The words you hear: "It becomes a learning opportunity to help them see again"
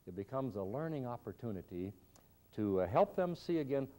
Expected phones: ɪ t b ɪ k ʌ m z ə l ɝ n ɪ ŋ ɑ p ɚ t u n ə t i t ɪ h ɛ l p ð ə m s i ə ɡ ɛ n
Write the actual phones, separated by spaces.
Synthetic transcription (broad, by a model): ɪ t b ɪ k ʌ m z ə l ɝ n ɪ ŋ ɑ p ɚ t u n ə t i t ɪ h ɛ l p ð ə m s i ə ɡ ɛ n